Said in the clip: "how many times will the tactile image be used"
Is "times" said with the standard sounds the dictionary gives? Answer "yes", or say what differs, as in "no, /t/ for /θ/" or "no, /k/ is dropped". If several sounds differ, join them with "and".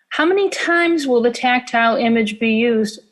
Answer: yes